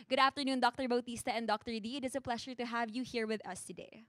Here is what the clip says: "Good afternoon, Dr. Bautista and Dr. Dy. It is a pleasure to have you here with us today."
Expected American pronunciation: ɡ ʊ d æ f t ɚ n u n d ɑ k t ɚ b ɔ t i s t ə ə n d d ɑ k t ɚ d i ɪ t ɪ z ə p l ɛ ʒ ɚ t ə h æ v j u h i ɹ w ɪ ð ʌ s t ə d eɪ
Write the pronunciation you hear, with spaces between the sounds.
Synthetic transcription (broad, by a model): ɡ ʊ d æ f t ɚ n u n d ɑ k t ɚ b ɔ t i s t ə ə n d d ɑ k t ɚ d i ɪ t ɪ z ə p l ɛ ʃ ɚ t ə h æ v j u h i ɹ w ɪ ð ʌ s t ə d eɪ